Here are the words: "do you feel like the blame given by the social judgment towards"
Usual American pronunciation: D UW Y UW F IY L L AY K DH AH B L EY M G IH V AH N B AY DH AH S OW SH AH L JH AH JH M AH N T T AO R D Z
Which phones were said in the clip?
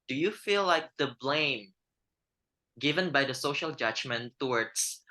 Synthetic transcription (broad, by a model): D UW Y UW F IY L L AY K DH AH B L EY M G IH V AH N B AY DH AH S OW SH AH L JH AH JH M AH N T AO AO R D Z